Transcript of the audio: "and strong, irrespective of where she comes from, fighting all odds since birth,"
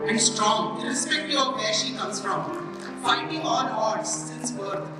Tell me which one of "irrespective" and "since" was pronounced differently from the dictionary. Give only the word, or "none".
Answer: irrespective